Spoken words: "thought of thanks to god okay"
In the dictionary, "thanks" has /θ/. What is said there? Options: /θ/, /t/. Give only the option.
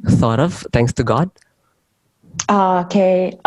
/t/